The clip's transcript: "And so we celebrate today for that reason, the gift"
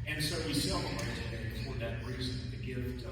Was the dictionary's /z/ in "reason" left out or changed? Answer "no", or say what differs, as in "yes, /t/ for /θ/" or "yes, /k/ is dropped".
no